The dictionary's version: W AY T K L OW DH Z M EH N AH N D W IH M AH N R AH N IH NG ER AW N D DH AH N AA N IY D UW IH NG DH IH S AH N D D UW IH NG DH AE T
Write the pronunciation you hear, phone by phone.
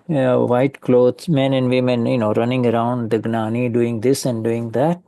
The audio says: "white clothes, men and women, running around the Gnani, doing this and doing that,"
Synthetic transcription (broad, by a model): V AY T K L OW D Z M EH N AH N D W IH M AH N R AH N IH NG ER AW N D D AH N AA N IY D UW IH NG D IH S AH N D D UW IH NG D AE T